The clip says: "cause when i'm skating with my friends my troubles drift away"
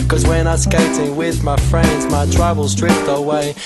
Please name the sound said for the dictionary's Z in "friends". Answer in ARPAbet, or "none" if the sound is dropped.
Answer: Z